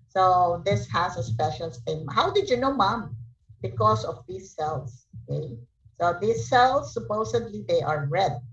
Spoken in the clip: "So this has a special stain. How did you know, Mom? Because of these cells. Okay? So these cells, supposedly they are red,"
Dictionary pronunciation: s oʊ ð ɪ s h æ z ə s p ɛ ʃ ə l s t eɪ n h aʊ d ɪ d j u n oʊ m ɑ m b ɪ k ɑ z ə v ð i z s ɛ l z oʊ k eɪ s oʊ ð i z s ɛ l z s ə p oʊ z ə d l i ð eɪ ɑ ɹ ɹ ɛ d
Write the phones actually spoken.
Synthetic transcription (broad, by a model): s oʊ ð ɪ s h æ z ə s p ɛ ʃ ə l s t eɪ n h aʊ d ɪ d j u n oʊ m ɑ m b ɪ k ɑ s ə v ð i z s ɛ l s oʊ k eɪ s oʊ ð i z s ɛ l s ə p oʊ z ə d l i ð eɪ ɑ ɹ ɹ ɛ d